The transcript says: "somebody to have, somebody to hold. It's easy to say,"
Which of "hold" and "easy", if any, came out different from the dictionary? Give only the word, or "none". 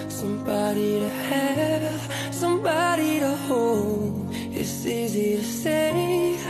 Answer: hold